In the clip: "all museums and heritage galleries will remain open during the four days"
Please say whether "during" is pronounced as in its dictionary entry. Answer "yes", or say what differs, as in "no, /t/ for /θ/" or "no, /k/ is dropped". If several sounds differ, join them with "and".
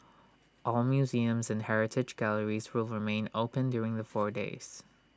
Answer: yes